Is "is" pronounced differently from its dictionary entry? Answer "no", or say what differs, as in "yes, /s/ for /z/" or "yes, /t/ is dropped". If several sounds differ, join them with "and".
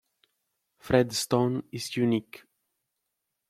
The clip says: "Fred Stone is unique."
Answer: yes, /s/ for /z/